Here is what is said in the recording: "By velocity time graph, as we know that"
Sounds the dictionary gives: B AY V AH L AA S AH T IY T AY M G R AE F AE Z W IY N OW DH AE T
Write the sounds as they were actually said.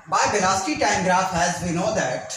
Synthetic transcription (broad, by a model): B AY B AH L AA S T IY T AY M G R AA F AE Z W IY N OW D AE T